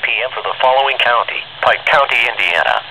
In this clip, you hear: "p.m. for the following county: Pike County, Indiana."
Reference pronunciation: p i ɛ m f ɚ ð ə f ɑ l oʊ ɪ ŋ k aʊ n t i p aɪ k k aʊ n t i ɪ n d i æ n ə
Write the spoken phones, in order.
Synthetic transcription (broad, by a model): p i ɛ m f ɚ ð ə f ɑ l oʊ ɪ ŋ k aʊ n t i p aɪ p k aʊ n t i ɪ n d i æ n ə